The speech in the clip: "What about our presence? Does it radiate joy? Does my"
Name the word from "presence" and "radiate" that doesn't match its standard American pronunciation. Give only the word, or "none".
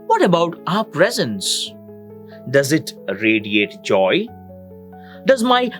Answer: none